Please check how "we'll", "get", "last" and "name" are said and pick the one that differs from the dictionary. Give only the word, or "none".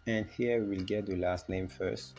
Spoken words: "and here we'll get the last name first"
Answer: none